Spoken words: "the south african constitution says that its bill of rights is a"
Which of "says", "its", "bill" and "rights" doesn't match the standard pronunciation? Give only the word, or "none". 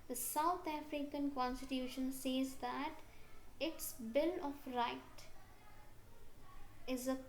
rights